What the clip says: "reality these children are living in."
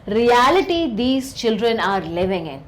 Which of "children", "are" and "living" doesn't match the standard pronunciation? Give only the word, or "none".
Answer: none